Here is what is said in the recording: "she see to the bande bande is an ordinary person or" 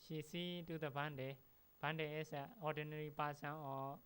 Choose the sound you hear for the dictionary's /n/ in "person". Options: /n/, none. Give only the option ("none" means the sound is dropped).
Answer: none